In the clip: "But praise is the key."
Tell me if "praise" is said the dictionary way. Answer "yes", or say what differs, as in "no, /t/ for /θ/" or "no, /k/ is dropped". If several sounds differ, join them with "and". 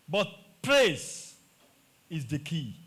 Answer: no, /s/ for /z/